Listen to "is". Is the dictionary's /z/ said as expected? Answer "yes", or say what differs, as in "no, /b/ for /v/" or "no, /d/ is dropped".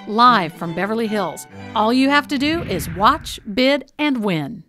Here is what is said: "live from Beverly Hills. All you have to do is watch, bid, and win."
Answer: yes